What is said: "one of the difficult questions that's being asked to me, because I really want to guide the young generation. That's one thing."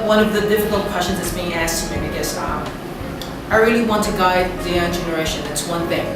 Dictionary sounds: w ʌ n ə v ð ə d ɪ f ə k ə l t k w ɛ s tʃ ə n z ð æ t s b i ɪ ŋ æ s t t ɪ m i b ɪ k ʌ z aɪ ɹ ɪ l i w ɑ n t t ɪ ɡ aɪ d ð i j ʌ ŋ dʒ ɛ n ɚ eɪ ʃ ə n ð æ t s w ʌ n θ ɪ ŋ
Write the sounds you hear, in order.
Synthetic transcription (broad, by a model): w ʌ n ə v ð ə d ɪ f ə k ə l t k w ɛ s tʃ ə n z ð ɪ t s b i ɪ ŋ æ s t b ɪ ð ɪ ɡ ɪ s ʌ aɪ ɹ ɪ l i w ɑ n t t ɪ ɡ aɪ d ð i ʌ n dʒ ɛ n ɚ eɪ ʃ ə n ð æ t s w ʌ n θ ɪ ŋ